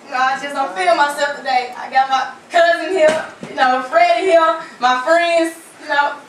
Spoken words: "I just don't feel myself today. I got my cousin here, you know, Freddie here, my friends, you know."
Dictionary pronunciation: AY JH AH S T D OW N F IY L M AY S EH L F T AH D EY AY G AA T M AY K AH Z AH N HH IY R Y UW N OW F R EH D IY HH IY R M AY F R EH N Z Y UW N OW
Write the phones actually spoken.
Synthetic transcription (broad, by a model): AY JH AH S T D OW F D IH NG M AY S EH L F T AH D EY AY G AA T M AY K AH Z AH N HH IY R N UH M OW F R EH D HH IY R M AY F R EH N Z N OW